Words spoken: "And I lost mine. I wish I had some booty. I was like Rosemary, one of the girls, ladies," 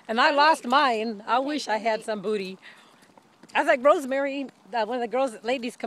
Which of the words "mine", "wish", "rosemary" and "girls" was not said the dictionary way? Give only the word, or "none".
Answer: none